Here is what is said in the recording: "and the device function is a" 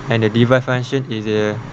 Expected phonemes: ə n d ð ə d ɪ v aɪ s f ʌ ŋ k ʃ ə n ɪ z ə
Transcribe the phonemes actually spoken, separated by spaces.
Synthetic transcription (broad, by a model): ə n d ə d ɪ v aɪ f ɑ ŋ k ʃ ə n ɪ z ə